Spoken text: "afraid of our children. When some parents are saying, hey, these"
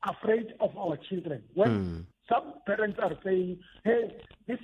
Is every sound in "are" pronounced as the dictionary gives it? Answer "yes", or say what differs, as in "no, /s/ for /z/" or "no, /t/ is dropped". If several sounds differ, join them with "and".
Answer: yes